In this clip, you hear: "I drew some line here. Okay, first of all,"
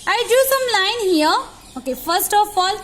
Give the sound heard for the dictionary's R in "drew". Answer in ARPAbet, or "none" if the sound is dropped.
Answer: none